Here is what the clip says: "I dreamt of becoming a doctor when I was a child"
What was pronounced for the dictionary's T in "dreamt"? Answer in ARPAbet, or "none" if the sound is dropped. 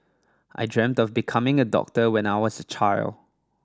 T